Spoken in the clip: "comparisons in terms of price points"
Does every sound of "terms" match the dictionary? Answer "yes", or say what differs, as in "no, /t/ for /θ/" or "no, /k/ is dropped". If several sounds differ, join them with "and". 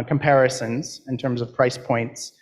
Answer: yes